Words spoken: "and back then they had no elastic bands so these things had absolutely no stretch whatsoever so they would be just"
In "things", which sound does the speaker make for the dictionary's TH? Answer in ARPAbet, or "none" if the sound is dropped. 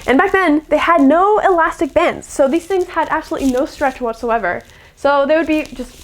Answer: TH